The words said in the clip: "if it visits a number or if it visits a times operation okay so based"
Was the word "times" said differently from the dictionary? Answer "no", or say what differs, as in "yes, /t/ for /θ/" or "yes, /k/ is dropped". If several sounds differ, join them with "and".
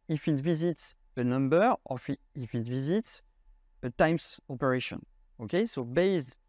yes, /s/ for /z/